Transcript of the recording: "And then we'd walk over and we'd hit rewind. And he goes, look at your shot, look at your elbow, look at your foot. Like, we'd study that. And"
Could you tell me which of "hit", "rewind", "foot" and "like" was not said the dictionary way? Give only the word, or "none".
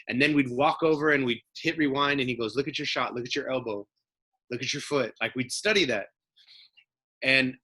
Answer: none